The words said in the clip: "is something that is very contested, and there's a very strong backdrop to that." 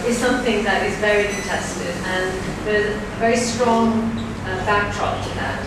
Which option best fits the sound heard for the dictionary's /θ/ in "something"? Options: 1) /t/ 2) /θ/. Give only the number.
2